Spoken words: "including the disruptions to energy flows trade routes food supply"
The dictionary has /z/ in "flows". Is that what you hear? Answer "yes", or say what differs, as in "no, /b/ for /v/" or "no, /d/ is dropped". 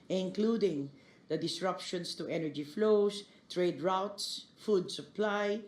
no, /s/ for /z/